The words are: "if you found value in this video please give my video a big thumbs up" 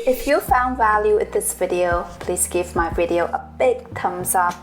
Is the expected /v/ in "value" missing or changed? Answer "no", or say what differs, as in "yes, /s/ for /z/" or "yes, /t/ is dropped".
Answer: no